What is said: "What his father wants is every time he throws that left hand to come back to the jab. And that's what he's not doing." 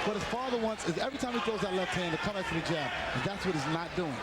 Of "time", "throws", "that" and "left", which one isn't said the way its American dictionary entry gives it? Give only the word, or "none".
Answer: throws